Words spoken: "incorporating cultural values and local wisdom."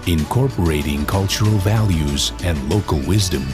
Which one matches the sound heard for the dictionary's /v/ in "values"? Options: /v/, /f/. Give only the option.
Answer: /v/